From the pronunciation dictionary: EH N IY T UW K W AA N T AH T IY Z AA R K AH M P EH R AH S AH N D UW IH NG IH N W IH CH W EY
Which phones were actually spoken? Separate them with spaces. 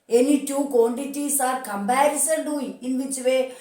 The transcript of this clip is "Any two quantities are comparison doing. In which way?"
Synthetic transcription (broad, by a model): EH N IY T UW K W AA N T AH T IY S AA R K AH M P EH R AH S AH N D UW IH IH N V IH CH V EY